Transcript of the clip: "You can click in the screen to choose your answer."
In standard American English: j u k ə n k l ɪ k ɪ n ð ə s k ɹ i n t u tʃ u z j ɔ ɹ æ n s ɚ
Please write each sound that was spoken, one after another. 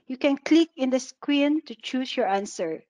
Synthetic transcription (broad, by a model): j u k ə n k l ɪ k ɪ n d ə s k w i n t u tʃ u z j ɔ ɹ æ n s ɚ